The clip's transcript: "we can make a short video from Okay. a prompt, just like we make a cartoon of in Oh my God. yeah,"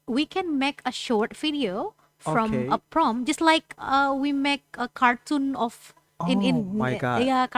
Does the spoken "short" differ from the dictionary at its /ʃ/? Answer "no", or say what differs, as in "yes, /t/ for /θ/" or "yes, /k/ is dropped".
no